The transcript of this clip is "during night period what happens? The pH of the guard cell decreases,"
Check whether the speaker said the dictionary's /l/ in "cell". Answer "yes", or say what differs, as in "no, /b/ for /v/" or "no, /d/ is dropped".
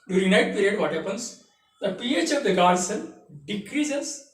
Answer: no, /n/ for /l/